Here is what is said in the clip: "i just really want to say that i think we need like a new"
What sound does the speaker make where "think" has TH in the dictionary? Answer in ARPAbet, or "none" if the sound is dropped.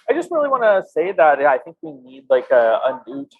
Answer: TH